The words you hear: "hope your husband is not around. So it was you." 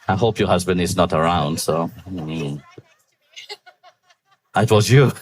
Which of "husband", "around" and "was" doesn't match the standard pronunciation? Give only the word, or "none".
none